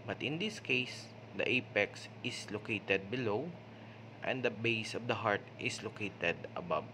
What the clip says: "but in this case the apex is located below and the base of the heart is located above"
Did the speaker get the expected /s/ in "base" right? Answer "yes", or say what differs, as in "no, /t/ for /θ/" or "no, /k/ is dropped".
yes